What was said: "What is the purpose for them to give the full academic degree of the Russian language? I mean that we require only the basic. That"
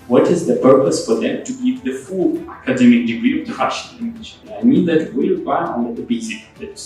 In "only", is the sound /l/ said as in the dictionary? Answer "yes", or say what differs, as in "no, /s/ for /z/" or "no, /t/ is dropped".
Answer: no, /l/ is dropped